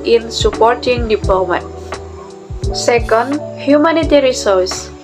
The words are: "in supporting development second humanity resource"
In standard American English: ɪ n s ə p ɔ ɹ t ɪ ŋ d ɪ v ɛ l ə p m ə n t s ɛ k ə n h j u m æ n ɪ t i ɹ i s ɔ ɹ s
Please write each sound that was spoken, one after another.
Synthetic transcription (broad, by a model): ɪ n s ə p ɔ ɹ t ɪ ŋ d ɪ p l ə m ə t s ɛ k ə n h j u m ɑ n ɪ t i ɹ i s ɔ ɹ s